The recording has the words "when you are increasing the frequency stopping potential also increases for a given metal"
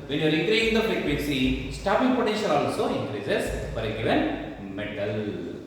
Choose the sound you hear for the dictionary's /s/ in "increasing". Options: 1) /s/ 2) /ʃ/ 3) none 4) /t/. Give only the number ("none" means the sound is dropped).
3